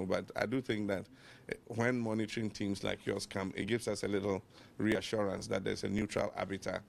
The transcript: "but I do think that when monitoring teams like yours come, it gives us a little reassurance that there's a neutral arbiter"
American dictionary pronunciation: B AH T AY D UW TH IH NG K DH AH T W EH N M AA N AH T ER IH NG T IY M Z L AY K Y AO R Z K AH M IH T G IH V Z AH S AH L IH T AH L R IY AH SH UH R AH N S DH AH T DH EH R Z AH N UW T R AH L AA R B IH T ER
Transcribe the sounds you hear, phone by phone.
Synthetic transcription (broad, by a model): B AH T AY D UW TH IH NG K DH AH T W EH N M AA N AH T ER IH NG T IY M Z L AY K Y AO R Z K AH M IH T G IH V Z AH S AH L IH T L R IY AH SH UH R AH N S DH AH T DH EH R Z AH N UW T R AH L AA B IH T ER